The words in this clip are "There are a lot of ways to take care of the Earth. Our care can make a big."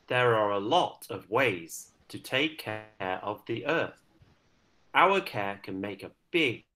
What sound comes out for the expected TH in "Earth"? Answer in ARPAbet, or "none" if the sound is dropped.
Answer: TH